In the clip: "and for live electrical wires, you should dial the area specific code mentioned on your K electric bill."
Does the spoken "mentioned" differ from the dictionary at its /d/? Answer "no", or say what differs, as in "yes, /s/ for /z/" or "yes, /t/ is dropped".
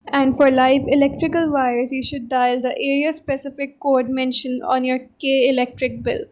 yes, /d/ is dropped